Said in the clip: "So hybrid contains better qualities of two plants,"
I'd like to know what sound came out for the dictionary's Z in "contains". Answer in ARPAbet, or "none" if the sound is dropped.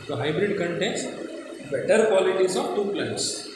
S